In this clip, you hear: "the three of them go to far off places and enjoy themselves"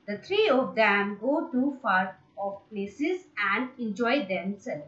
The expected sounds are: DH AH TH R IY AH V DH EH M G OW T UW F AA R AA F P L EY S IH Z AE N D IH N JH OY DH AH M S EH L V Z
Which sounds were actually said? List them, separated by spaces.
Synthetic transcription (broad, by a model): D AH T R IY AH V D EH M G OW T UW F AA R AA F P L EY S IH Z AE N D IH N JH OY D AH M S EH L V